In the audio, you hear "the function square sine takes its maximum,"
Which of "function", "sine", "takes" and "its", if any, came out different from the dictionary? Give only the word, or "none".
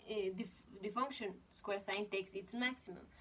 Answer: none